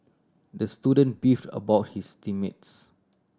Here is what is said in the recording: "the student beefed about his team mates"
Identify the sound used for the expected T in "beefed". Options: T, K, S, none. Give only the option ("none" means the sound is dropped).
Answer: T